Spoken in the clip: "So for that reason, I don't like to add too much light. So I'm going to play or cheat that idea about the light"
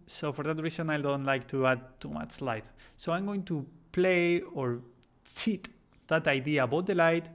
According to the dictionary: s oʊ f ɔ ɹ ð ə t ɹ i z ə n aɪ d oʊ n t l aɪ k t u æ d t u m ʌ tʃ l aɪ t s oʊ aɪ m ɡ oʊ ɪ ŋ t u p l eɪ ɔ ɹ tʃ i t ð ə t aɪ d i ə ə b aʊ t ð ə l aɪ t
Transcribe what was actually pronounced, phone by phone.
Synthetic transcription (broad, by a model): s oʊ f ɔ ɹ ð ə t ɹ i s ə n aɪ d oʊ n t l aɪ k t u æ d t u m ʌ tʃ l aɪ t s oʊ aɪ m ɡ oʊ ɪ ŋ t u p l eɪ ɔ ɹ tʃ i t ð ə t aɪ d i ə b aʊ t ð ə l aɪ t